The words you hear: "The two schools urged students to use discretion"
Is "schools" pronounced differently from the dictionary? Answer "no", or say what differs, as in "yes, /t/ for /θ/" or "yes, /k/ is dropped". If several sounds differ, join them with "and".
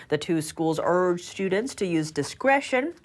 no